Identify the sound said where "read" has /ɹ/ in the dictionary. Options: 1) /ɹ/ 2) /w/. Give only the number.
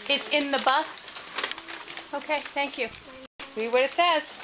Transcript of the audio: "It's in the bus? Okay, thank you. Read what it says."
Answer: 2